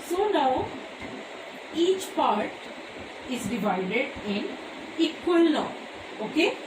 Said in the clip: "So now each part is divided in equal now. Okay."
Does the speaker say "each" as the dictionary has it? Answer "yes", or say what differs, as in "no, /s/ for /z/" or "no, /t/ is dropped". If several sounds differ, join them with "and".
yes